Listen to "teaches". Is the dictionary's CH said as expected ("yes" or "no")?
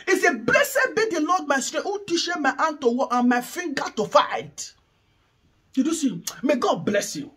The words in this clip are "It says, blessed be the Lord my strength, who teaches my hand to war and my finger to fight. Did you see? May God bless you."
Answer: no